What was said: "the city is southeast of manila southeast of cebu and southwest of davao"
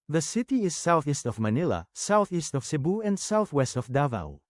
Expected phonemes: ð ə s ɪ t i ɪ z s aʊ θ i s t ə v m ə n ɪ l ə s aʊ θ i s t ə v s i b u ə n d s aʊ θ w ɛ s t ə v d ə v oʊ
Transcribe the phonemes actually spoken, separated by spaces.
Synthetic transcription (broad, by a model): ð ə s ɪ t i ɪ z s aʊ θ i s t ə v m ə n ɪ l ə s aʊ θ i s t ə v s i b u ə n d s aʊ θ w ɛ s t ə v d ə v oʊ